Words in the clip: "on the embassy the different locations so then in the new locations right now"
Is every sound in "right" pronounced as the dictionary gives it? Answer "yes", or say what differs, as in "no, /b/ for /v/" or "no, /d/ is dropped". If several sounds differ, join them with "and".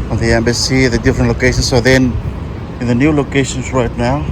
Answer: yes